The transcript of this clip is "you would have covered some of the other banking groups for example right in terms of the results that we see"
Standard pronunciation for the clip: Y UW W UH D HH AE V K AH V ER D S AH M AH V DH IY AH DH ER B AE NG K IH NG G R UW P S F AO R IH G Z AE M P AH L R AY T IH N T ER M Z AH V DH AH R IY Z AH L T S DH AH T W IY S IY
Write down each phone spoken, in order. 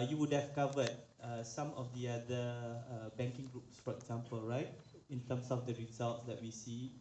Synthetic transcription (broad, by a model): Y UW W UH D HH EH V K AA V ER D S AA M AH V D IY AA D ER B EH NG K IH NG G R UW P S F AO R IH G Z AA M P AH L R AY T IH N T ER M S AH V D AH R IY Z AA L T S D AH T W IY S IY